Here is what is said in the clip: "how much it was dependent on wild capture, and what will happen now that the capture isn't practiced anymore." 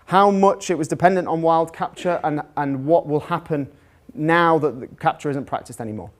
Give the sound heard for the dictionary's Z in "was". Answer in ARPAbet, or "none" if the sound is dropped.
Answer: Z